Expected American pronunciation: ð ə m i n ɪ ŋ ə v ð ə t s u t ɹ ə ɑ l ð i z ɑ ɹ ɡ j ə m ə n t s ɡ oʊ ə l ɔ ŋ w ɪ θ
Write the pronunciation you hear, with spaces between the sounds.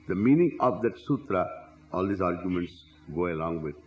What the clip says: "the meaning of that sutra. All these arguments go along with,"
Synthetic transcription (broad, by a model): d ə m i n ɪ ŋ ə v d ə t s u t ɹ ə ɑ l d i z ɑ ɹ ɡ j ə m ə n t s ɡ oʊ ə l ɔ ŋ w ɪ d